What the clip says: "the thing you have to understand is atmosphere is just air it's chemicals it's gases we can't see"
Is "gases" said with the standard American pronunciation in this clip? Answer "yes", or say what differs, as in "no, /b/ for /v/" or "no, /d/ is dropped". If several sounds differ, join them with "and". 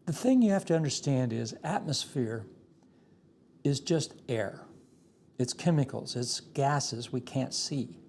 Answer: yes